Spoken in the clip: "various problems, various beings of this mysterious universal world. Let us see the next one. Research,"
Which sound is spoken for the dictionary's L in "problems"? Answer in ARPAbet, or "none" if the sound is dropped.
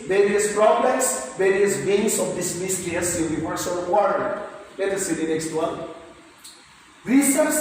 none